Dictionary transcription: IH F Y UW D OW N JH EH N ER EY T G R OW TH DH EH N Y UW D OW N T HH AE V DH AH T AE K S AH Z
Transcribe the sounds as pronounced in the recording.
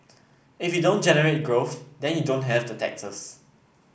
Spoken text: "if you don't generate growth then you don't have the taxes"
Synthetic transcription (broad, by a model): IH F Y UW D OW N JH EH N ER EY T G R OW TH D EH N Y UW D OW N T HH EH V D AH T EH K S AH S